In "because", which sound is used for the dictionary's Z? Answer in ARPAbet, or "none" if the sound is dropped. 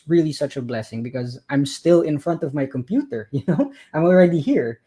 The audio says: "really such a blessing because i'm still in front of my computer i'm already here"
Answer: Z